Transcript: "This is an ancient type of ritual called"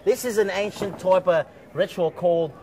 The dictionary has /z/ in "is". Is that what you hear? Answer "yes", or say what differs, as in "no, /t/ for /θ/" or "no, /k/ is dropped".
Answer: yes